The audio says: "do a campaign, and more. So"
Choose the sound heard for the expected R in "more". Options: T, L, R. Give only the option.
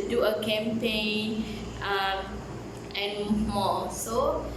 L